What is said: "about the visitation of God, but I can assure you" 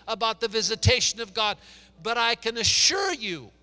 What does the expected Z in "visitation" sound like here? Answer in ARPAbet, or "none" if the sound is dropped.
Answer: Z